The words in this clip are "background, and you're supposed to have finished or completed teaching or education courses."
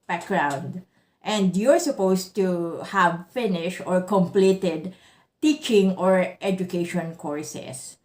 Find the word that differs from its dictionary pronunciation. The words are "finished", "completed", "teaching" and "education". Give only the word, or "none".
none